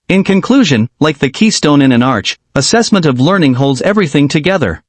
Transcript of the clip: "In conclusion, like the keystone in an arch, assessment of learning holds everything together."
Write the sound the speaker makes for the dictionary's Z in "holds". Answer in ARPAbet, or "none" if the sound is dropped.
Z